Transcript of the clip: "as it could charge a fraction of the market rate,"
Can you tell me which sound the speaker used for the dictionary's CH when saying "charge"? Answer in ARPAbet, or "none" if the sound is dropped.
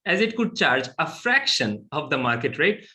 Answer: CH